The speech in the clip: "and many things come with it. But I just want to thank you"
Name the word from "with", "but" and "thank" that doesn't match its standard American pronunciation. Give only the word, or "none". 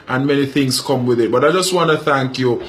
none